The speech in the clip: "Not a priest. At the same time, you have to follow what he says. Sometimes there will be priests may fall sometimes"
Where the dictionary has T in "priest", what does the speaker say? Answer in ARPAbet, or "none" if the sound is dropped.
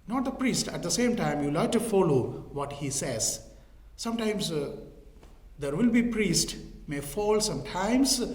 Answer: T